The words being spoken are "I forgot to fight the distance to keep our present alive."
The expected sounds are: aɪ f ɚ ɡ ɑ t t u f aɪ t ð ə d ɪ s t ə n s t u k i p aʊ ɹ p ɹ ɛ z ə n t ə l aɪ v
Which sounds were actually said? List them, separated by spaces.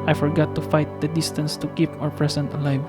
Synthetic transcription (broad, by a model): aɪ f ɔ ɡ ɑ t t u f aɪ t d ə d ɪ s t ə n s t u k i p aʊ ɹ p ɹ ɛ s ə n t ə l aɪ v